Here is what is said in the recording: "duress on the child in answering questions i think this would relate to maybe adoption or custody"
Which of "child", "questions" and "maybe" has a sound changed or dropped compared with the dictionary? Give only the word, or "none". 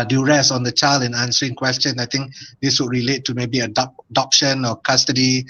questions